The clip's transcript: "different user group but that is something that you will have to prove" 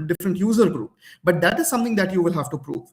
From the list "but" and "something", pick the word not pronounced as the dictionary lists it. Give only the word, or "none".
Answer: something